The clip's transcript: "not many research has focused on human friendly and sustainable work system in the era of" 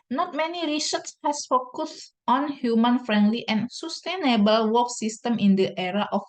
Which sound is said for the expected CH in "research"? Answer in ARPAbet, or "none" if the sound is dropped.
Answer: S